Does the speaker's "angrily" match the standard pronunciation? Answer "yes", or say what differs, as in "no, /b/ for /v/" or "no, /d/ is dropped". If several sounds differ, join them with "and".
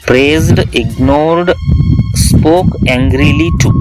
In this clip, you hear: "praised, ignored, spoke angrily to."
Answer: yes